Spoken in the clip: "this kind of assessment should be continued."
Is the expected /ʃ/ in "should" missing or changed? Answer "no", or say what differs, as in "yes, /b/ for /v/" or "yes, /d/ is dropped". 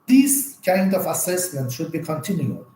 no